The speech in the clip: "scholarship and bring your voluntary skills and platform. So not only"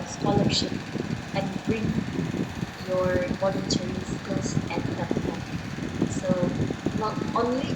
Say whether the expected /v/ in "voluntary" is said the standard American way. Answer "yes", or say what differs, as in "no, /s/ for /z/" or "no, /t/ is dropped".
no, /b/ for /v/